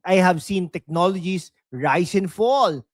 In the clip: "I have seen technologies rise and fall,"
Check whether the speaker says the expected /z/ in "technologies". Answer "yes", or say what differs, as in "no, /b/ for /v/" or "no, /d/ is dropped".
no, /s/ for /z/